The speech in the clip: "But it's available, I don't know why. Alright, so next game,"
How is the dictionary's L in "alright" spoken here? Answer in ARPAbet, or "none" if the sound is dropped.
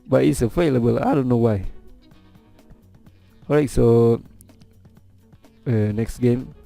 none